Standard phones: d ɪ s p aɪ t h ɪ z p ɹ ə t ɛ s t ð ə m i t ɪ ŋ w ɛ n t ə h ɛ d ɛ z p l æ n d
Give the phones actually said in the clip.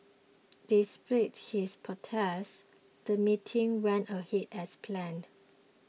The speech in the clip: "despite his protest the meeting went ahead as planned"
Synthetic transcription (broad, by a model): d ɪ s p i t h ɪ s p ə t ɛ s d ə m i t ɪ ŋ w ɛ n t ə h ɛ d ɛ s p l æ n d